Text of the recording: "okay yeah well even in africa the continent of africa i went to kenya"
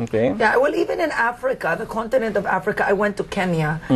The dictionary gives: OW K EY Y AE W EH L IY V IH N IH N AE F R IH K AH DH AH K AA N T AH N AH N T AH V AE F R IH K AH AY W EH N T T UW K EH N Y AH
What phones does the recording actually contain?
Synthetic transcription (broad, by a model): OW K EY Y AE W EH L IY V IH N IH N AE F R IH K AH DH AH K AA N T AH N AH N T AH V AE F R IH K AH AY W EH N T T UW K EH N Y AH